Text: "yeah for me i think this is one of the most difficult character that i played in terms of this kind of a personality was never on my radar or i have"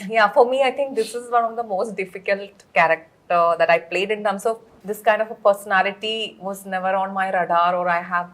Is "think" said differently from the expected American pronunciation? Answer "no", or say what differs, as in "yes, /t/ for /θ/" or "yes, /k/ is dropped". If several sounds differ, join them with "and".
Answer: yes, /t/ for /θ/